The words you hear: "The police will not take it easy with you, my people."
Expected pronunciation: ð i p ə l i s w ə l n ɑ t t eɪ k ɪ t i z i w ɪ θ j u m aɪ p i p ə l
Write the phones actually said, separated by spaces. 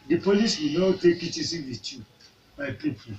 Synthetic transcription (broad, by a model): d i p ə l i s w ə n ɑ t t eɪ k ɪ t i s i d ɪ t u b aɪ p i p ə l